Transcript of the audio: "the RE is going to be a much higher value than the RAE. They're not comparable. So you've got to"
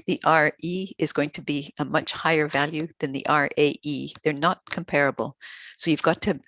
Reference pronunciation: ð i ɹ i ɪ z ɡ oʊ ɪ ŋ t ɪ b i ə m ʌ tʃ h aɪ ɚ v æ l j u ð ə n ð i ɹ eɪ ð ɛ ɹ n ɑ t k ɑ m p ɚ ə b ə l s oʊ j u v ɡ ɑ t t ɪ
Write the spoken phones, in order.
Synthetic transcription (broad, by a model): ð i ɹ i ɪ z ɡ oʊ ɪ ŋ t ɪ b i ə m ʌ tʃ h aɪ ɚ v æ l j u ð ə n ð i ɹ eɪ ð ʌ ɹ n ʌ t k m p ɚ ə b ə l s oʊ j u v ɡ ɑ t t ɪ